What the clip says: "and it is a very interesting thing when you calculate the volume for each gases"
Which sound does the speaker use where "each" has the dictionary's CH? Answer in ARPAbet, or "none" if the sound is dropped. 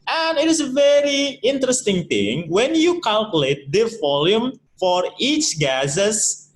CH